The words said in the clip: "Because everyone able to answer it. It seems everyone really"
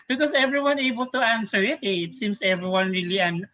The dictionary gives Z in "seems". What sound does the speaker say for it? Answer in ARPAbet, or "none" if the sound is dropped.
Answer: S